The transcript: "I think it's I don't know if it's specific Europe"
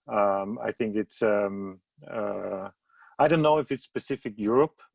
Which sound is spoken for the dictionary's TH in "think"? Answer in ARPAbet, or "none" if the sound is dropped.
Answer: TH